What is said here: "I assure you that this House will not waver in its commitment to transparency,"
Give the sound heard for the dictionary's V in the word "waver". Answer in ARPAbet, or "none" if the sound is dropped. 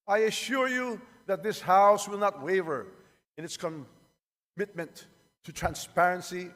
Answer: V